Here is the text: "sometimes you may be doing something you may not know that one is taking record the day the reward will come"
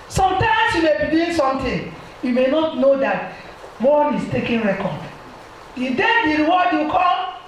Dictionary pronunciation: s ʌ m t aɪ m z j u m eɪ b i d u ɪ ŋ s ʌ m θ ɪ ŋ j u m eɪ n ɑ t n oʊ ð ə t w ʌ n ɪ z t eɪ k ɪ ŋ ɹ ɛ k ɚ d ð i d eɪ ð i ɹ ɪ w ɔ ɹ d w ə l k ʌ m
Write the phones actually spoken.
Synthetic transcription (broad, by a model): s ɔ m t aɪ m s j u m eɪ b i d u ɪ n s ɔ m t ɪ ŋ j u m eɪ n ɑ t n oʊ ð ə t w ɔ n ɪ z t eɪ k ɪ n ɹ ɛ k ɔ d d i d eɪ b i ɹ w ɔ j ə k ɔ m